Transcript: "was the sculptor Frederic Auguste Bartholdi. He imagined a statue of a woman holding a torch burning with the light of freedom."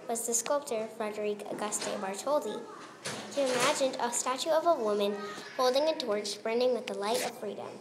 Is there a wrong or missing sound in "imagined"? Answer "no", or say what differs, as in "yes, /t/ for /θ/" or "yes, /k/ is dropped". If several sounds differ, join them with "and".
no